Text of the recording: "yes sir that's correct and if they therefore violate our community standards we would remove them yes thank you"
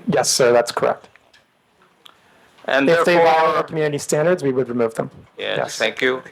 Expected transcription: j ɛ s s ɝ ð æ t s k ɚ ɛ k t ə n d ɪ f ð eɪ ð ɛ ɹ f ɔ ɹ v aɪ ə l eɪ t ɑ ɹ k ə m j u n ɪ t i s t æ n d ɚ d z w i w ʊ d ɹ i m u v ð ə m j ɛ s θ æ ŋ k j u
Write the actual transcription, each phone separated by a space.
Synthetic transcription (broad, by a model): j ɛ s s ɝ ð æ t s k ɚ ɛ k t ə n ɪ f ð eɪ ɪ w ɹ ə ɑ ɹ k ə m j u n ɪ t i s t æ n d ɚ d z w i w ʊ d ɹ i m u v ð ə m j ɛ s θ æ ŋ k j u